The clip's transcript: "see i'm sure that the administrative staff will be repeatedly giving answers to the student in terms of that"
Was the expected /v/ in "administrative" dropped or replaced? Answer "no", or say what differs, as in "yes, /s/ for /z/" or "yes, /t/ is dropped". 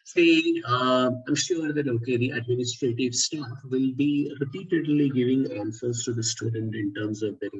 no